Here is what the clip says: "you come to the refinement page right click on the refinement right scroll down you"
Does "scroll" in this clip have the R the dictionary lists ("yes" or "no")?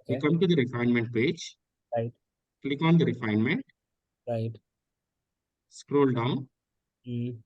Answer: yes